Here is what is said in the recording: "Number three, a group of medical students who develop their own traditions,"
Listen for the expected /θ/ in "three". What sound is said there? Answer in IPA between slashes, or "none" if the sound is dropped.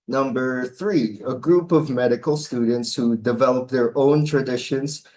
/θ/